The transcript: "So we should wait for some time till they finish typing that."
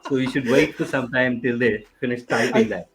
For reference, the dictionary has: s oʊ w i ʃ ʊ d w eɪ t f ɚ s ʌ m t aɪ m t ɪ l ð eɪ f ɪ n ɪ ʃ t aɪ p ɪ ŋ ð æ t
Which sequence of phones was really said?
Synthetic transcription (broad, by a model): s oʊ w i ʃ ʊ d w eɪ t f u s ʌ m t aɪ m t ɪ l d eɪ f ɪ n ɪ s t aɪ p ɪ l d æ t